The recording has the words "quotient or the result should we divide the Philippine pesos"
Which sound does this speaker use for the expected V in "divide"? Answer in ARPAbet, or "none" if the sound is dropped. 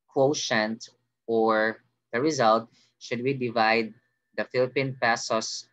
V